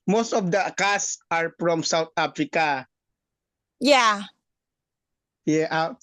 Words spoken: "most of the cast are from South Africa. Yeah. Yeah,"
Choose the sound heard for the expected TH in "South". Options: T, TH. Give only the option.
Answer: T